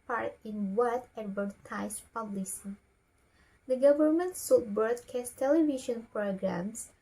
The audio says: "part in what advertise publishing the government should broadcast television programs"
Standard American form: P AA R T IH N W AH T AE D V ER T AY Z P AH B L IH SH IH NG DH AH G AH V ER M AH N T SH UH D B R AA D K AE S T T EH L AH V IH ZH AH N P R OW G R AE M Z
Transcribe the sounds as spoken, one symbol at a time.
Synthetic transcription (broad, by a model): P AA R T IH N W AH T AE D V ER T AY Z P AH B L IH S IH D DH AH G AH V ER M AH N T S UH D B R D K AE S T T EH L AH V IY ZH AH N P R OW G R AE M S